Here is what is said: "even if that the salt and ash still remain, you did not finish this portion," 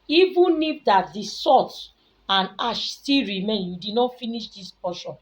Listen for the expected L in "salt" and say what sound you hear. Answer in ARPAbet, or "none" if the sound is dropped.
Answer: none